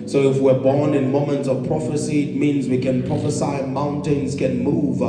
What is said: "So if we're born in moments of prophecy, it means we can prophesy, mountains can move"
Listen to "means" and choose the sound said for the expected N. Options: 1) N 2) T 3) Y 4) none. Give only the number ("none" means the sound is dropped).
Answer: 1